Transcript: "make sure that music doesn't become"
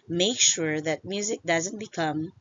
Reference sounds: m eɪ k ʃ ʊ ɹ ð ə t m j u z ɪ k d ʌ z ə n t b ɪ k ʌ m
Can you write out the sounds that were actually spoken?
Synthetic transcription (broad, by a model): m eɪ k ʃ ʊ ɹ ð ə t m j u z ɪ k d ʌ z ə n t b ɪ k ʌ m